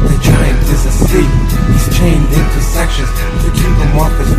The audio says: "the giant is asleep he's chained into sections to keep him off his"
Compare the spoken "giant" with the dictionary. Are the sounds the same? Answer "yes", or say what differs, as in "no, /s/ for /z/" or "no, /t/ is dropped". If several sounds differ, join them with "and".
no, /t/ is dropped